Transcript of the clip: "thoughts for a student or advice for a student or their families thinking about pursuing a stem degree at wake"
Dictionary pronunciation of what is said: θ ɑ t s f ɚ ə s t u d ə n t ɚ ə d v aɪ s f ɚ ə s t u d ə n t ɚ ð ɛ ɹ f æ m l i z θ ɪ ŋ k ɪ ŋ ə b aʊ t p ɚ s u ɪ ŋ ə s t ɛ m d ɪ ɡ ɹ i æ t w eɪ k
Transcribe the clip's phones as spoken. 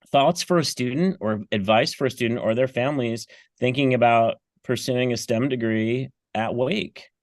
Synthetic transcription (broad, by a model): θ ɑ t s f ɚ ə s t u d n t ɚ ə d v aɪ s f ɚ ə s t u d n t ɚ ð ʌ ɹ f æ m l i z θ ɪ ŋ k ɪ ŋ ə b aʊ t p ɚ s u ɪ ŋ ə s t ɛ m d ɪ ɡ ɹ i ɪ t w eɪ k